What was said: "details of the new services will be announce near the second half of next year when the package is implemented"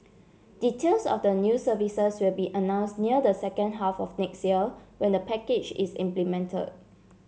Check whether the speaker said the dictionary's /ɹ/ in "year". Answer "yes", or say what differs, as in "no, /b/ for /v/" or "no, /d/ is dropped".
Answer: no, /l/ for /ɹ/